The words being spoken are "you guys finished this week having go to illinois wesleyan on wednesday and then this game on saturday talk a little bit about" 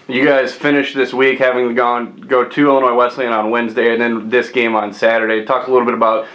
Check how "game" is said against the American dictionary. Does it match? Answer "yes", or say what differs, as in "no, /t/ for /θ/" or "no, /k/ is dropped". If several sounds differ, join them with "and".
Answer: yes